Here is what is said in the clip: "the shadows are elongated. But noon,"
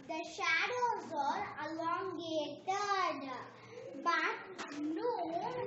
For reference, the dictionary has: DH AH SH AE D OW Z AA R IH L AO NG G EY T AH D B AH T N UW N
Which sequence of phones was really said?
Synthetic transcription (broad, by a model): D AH SH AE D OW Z AA R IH L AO NG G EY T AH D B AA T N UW